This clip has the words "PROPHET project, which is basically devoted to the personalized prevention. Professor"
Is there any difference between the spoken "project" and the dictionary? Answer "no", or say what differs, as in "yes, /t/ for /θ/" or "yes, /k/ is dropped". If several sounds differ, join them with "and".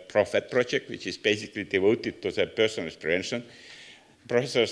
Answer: no